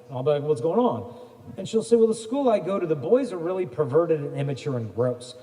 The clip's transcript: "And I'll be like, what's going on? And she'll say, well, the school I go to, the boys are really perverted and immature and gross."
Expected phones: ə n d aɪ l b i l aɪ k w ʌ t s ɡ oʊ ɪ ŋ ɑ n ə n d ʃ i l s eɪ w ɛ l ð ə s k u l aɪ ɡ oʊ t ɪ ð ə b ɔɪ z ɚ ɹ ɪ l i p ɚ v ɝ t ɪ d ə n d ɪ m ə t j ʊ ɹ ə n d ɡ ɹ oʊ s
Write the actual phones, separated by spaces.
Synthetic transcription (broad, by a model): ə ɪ l b i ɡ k w ʌ t s ɡ oʊ ɪ ŋ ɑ n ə n ʃ i l s eɪ w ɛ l ð ə s k u l aɪ ɡ oʊ t ɪ ð ə b ɔɪ z ɚ ɹ ɪ l i p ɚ v ɝ t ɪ d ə n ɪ m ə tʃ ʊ ɹ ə n ɡ ɹ oʊ s